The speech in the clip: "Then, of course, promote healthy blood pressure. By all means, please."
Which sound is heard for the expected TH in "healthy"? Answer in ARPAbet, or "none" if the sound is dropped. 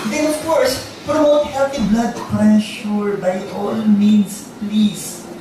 T